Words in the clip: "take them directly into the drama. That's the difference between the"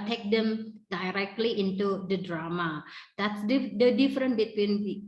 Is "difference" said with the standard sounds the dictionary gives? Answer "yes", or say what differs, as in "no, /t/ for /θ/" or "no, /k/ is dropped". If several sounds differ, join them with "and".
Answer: no, /s/ is dropped